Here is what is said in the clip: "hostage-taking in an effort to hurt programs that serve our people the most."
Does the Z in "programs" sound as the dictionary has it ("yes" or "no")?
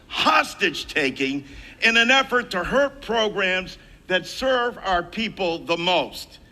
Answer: yes